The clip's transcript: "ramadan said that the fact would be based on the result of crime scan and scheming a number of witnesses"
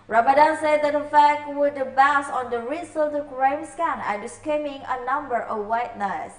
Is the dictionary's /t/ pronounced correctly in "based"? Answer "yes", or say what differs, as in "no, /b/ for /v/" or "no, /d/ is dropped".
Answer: no, /t/ is dropped